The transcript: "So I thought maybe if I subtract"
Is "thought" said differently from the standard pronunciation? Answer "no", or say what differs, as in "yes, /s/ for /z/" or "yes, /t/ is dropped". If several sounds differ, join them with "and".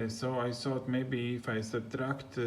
yes, /s/ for /θ/